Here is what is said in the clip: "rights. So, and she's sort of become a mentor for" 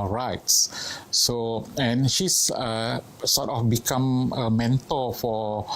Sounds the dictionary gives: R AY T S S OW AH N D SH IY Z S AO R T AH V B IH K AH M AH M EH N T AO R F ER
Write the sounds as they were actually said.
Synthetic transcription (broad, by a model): R AY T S S OW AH N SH IY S S AO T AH F B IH K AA M AH M EH N T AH L F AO